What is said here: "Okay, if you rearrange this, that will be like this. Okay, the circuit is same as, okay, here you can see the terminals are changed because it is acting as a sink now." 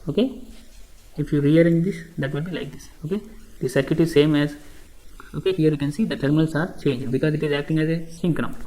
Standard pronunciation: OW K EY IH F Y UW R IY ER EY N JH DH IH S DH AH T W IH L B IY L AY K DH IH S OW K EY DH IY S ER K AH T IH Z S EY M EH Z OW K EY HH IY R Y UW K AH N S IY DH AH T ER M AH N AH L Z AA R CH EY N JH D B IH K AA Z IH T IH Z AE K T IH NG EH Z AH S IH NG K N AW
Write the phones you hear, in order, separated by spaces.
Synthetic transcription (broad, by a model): OW K EY IH F Y UW R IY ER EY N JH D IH S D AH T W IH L B IY L AY K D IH S OW K EY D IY S ER K AH T IH Z S EY M EH Z OW K EY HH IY R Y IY K AH N S IY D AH T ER M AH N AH L S AA R CH EY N JH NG B IH K AA Z IH T IH Z AE K T IH NG EH Z AH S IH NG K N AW